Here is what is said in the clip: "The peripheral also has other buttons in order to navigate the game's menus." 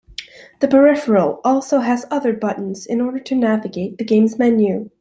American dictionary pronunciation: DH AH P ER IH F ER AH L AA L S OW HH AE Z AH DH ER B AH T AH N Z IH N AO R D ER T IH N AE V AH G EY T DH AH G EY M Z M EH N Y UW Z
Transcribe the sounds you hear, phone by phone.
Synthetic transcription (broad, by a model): DH AH P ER IH F ER L AA L S OW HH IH Z AH DH ER B AH T N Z IH N AO R D ER T IH N AE V AH G EY T DH AH G EY M Z M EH N Y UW